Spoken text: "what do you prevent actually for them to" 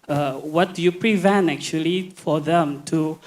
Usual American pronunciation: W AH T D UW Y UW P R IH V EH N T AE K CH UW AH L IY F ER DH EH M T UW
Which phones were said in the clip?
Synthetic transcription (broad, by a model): W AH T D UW Y UW P R IH V EH N T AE K CH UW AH L IY F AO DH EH M T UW